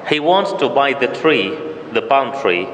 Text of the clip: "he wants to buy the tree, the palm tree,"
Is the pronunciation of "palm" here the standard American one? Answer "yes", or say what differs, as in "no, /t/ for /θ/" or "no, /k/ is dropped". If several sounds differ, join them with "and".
no, /b/ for /p/